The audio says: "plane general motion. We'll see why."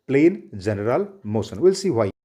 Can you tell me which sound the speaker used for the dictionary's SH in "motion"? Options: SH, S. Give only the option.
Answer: S